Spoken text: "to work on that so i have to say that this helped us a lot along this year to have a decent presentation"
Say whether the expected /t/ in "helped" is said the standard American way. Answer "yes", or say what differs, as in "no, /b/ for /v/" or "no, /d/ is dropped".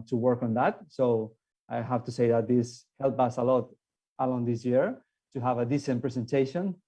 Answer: no, /t/ is dropped